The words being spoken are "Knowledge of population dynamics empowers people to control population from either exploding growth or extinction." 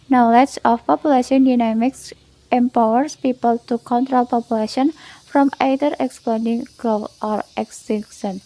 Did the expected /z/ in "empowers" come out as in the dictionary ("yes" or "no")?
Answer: no